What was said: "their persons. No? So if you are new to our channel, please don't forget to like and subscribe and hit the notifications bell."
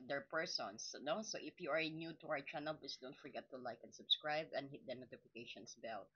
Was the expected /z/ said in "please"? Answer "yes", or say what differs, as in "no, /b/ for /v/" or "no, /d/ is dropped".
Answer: no, /s/ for /z/